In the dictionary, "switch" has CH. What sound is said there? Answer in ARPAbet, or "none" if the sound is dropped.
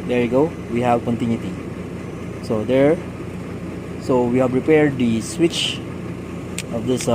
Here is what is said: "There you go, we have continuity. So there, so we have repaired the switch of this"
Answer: CH